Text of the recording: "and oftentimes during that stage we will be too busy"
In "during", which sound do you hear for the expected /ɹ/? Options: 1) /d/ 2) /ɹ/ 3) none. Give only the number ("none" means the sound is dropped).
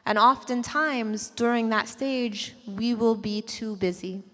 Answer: 2